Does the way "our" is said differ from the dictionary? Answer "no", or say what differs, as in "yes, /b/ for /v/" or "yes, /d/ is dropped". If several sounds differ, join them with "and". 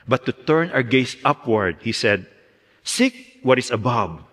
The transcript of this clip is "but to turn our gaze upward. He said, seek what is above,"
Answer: yes, /w/ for /ɹ/